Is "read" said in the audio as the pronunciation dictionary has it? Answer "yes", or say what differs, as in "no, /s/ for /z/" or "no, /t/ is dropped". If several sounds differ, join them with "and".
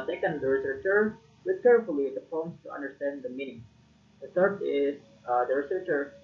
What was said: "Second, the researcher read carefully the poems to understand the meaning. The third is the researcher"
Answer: no, /w/ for /ɹ/